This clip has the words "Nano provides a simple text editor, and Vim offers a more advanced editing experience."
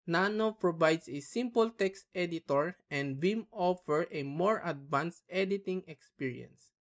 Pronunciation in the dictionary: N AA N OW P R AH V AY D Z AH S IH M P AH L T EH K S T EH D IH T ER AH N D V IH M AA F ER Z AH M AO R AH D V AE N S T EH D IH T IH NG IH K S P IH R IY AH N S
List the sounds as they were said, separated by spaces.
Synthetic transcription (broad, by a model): N AA N OW P R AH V AY D S AH S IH M P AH L T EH K S T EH D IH T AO AH N D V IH M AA F ER AH M AO R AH D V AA N S T EH D IH T IH NG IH K S P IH R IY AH N S